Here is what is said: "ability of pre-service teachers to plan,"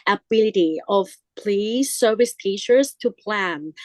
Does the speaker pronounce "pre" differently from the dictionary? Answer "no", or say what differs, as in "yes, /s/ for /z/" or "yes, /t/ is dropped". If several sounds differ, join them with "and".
yes, /l/ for /ɹ/